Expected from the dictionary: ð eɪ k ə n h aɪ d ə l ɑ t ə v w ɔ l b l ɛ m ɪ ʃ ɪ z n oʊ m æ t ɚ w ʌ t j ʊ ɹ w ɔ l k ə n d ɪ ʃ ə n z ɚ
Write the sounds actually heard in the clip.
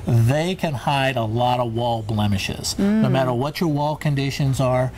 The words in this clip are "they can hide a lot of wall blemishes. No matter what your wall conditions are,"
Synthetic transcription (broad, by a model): ð eɪ k ə n h aɪ d ə l ɑ t ə v w ɔ l b l ɛ m ɪ ʃ ɪ z n oʊ m æ t ɚ w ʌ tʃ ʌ ɹ w ɔ l k ə n d ɪ ʃ ə n z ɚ